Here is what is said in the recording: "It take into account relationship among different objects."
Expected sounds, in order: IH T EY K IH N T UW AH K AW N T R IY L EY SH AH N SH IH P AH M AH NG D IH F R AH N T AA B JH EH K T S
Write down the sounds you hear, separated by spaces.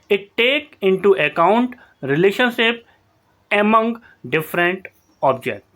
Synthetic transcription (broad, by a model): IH T EY K IH N T UW AH K AW N T R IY L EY SH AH N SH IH P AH M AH NG D IH F R AH N T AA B JH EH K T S